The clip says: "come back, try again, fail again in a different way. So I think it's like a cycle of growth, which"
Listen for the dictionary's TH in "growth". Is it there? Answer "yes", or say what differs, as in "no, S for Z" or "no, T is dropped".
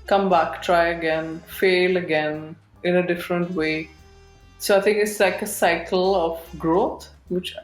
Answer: no, T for TH